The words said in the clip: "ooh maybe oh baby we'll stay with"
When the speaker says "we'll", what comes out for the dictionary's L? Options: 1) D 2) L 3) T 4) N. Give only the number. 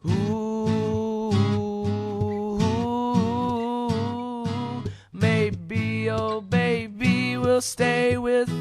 2